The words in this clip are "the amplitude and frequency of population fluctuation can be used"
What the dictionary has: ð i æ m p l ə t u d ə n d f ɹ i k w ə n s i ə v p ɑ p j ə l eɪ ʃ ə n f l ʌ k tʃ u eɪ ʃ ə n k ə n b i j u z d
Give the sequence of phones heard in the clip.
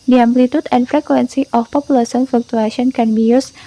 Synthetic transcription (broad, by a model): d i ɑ m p l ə t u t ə n f ɹ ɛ k w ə n s i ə f p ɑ p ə l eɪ s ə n f l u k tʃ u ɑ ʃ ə n k ə n b i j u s